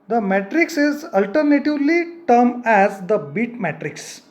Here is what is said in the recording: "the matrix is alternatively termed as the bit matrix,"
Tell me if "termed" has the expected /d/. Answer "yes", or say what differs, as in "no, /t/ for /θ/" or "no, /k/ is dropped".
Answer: no, /d/ is dropped